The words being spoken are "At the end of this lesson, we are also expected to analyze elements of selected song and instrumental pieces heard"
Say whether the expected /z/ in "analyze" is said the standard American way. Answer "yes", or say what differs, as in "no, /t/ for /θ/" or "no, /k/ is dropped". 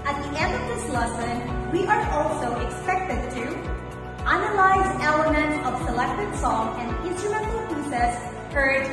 yes